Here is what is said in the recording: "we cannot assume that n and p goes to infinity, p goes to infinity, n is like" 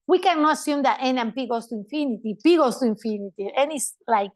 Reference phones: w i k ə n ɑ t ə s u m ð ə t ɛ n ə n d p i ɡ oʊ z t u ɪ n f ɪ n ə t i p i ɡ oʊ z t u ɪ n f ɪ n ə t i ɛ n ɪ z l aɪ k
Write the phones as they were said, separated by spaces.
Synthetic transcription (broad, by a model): w i k ə n ɑ t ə s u m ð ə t ɛ n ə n p i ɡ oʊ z t u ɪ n f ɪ n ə t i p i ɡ oʊ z t u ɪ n f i n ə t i ɛ n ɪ s l aɪ k